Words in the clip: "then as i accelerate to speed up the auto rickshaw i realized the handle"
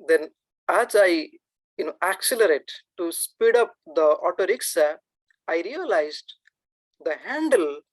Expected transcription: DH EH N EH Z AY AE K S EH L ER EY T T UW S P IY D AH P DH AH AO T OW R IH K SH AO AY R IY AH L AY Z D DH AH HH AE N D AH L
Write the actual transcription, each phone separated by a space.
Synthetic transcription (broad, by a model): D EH N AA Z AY AE K S EH L ER EY T T UW S P IY D AH P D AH AO T OW R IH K S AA AY R IY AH L AY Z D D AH HH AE N D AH L